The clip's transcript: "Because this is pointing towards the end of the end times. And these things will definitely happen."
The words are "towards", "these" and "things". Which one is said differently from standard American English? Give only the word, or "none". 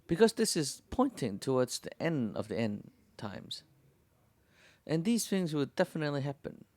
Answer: none